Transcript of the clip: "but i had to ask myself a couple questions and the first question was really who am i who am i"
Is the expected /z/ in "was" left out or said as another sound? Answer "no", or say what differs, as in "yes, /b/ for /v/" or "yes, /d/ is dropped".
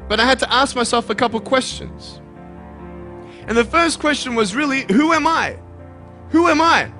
no